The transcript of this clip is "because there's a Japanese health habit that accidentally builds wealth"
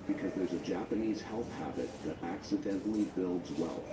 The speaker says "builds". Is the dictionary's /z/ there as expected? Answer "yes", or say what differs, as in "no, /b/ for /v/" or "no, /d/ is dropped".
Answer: yes